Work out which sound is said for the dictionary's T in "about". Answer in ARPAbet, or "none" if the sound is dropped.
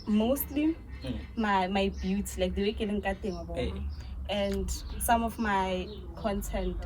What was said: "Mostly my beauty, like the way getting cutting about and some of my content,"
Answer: none